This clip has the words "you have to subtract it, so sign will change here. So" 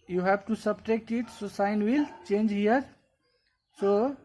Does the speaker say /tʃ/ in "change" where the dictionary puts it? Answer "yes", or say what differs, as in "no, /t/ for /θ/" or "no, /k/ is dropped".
yes